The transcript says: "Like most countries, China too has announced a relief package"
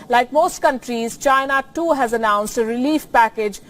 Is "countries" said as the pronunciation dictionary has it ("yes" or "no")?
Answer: yes